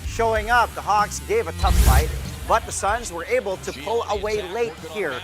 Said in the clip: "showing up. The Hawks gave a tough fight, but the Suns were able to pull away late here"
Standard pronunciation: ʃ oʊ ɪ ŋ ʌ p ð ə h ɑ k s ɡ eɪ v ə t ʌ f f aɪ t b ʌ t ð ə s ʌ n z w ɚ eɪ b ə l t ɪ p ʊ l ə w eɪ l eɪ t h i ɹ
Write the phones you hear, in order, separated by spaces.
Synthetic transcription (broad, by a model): ʃ oʊ ɪ ŋ ʌ p ð ə h ɑ k s ɡ eɪ v ə t ʌ f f aɪ t b ʌ t ð ə s ʌ n z w ɚ eɪ b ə l t ɪ p ʊ l ə w eɪ l eɪ t h i ɹ